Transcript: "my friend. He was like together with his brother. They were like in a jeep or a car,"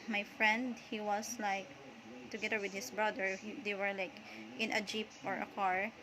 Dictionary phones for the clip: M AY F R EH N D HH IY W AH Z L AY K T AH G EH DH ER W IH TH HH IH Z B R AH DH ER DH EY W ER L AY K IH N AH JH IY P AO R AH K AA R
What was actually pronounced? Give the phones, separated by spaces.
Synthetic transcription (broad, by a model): M AY F R EH N D HH IY W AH S L AY K T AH G EH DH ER W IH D HH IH S B R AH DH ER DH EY W ER L AY K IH N AH JH IY P AO R AH K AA R